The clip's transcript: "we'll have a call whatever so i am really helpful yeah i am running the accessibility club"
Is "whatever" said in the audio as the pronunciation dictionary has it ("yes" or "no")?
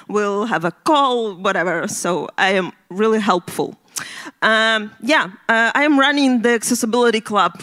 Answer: yes